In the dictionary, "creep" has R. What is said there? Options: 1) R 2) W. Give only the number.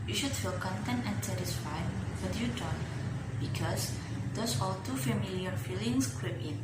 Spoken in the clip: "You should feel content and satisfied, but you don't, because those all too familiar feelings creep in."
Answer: 2